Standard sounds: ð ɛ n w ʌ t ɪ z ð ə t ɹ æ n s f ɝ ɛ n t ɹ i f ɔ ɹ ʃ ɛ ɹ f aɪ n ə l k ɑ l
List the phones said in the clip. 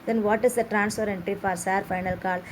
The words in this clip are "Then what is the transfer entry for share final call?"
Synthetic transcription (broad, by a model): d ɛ n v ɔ t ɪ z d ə t ɹ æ n s p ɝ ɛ n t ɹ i f ɔ ɹ s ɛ ɹ f aɪ n ə l k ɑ l